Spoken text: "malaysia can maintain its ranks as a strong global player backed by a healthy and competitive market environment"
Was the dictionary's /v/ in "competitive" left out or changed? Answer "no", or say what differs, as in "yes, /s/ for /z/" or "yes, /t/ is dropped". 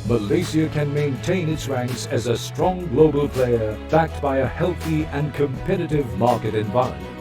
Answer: no